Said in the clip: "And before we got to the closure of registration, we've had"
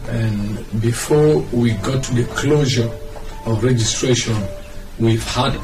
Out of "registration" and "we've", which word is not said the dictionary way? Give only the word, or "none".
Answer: none